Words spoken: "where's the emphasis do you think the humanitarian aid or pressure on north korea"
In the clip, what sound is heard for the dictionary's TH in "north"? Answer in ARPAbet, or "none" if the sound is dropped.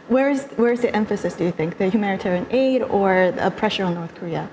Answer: TH